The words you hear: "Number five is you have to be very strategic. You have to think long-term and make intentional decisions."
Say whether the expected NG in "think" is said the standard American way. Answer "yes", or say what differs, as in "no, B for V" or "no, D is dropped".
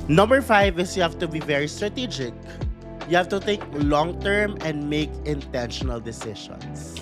no, NG is dropped